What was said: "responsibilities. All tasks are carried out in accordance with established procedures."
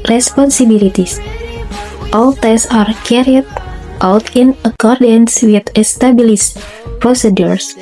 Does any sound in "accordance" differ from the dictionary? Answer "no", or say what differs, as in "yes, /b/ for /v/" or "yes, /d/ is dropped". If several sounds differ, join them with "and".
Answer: no